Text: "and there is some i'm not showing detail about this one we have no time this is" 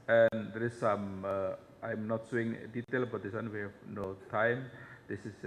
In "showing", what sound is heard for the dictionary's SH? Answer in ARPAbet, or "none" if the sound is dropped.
S